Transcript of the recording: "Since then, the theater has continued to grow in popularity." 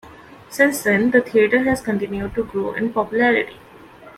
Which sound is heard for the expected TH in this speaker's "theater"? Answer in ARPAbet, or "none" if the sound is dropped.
T